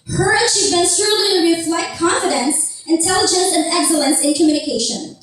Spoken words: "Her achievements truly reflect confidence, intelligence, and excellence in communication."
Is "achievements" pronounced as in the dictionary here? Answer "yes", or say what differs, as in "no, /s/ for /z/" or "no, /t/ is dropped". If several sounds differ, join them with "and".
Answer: no, /ʃ/ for /tʃ/